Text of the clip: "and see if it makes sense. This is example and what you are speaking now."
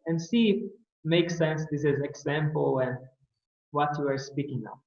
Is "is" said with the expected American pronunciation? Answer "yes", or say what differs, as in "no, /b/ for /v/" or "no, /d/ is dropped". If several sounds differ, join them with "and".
yes